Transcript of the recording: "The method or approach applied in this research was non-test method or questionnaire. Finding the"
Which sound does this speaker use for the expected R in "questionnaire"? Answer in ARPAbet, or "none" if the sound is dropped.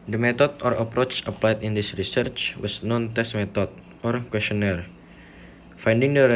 R